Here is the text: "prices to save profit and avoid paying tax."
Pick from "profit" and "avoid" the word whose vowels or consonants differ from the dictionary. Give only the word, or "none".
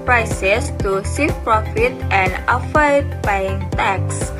avoid